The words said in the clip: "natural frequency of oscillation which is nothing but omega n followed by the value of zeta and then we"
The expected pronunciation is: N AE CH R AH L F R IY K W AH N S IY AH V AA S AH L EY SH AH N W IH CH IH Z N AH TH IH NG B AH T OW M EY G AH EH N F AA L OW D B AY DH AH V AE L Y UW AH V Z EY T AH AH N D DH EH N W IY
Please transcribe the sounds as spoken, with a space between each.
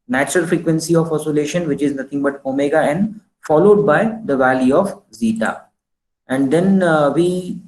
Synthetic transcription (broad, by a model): N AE CH R AH L F R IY K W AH N S IY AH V AA S AH L EY SH AH N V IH CH IH Z N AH T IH NG B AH T OW M EY G AH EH N F AA L OW D B AY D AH V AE L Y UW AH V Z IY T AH AH N D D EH N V IY